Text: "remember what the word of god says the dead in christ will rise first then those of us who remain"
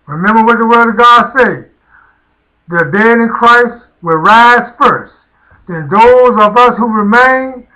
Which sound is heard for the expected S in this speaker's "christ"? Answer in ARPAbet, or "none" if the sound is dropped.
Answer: S